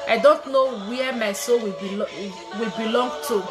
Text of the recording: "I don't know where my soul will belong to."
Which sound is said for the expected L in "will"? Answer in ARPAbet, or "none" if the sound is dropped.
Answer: W